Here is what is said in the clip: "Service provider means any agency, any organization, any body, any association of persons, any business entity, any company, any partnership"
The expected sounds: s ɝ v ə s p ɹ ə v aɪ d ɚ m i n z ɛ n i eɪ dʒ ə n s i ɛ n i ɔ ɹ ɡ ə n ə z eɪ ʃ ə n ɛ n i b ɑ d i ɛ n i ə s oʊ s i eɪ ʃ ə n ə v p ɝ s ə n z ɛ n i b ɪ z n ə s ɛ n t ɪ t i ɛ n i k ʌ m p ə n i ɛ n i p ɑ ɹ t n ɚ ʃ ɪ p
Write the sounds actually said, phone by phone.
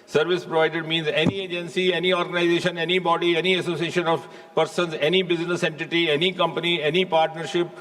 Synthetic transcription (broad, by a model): s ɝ v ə s p ɹ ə v aɪ d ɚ m i n z ɛ n i eɪ dʒ ə n s i ɛ n i ɔ ɹ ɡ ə n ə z eɪ ʃ ə n ɛ n i b ɑ d i ɛ n i ə s oʊ s i eɪ ʃ ə n ə v p ɝ s ə n z ɛ n i b ɪ z n ə s ɛ n t ɪ t i ɛ n i k ʌ m p ə n i ɛ n i p ɑ ɹ t n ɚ ʃ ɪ p